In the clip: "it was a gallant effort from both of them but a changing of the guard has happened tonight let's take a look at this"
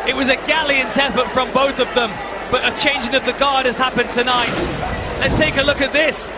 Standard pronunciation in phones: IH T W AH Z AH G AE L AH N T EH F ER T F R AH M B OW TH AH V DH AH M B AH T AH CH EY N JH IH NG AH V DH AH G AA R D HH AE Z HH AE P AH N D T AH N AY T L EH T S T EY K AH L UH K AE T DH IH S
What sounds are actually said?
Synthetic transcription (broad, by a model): IH T W AH Z AH G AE L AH N T EH P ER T F R AH M B OW TH AH V DH AH M B AH T AH CH EY N JH IH NG AH V DH AH G AA R D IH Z HH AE P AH N T AH N AY T L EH T S T EY K AH L UH K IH T DH IH S